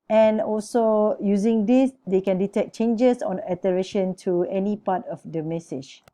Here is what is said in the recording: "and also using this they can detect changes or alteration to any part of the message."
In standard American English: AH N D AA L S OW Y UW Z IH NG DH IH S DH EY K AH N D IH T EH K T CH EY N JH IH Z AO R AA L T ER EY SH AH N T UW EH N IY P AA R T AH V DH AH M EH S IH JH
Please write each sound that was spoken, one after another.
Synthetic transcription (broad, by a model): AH N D AA L S OW Y UW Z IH NG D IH S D EY K AH N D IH T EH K CH EY N JH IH S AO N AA T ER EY SH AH N T UW EH N IY P AA T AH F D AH M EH S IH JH